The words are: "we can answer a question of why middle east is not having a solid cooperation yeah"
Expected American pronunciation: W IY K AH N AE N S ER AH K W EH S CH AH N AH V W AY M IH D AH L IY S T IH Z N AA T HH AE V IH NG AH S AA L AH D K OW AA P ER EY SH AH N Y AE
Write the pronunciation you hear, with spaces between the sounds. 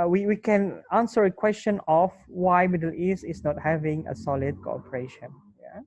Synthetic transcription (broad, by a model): W IY K AH N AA N S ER AH K W EH S CH AH N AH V W AY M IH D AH L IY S IH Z N AA T HH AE V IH NG AH S AA L AH D K OW AA P ER EY SH AH N Y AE